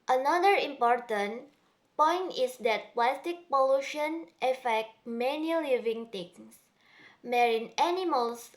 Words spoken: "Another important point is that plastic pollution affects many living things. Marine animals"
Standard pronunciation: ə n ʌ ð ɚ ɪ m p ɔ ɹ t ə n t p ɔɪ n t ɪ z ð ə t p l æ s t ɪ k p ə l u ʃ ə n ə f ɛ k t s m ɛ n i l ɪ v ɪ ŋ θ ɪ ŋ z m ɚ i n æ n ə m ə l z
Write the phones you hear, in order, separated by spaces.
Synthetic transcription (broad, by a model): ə n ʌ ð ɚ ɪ m p ɔ ɹ t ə n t p ɔɪ n t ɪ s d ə t p l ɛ s t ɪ k p ə l u ʃ ə n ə f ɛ k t m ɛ n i l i v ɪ ŋ t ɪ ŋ s m ɚ i n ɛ n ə m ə l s